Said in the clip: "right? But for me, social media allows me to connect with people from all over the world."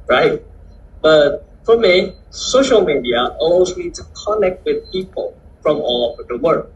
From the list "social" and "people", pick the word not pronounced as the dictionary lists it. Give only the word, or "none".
none